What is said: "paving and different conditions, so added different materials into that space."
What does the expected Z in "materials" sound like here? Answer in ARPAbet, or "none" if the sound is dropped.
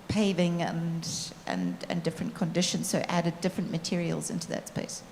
Z